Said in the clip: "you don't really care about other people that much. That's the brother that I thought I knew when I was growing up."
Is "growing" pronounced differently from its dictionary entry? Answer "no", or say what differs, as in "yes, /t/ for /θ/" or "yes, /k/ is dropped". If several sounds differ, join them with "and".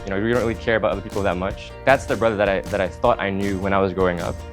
no